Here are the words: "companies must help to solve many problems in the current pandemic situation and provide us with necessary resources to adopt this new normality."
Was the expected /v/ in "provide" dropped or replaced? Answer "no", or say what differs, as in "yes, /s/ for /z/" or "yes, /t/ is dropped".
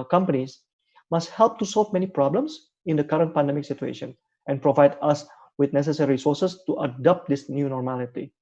no